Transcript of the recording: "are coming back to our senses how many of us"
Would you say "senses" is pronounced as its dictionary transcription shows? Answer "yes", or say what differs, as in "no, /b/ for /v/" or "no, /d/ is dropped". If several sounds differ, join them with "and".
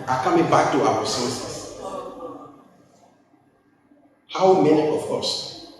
no, /n/ is dropped